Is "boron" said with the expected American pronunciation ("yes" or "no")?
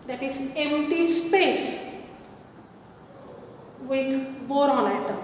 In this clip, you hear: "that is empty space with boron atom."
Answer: no